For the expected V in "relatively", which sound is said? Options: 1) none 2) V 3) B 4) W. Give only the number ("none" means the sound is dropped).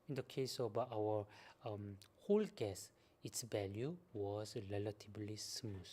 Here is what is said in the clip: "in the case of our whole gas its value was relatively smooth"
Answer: 3